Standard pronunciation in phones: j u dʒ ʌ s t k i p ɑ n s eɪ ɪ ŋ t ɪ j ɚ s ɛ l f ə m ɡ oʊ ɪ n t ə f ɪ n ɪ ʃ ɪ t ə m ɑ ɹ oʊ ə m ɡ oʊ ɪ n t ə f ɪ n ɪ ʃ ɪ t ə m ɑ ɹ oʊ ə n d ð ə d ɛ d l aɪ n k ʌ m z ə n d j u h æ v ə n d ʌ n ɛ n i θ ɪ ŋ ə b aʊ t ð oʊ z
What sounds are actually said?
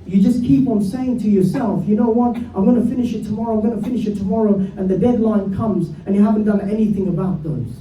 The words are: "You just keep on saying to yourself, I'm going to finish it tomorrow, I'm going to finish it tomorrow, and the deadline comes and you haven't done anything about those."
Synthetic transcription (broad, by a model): j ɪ dʒ ʌ s k i p n s eɪ ɪ ŋ t ɪ j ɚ s ɛ l f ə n oʊ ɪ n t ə f ɪ n ɪ ʃ ɪ t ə m ɑ ɹ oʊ ə m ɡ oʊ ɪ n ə f ɪ n ɪ ʃ ɪ t ə m ɑ ɹ oʊ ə n ð ə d ɛ d l aɪ n k ʌ m z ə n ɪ h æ v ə n d ʌ n ɛ n i θ ɪ ŋ ə b aʊ t ð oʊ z